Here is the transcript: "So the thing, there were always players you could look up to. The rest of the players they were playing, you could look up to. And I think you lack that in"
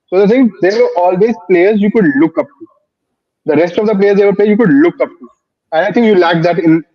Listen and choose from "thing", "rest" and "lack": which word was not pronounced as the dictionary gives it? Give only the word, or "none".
thing